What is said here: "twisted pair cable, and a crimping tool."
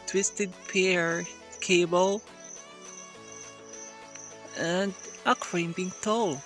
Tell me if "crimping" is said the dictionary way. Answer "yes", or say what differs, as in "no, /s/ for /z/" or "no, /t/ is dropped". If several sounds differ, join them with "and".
no, /b/ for /p/